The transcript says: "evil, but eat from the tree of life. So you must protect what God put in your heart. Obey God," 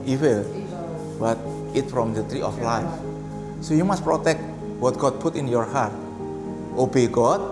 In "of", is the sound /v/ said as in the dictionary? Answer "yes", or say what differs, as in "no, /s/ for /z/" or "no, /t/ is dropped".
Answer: no, /f/ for /v/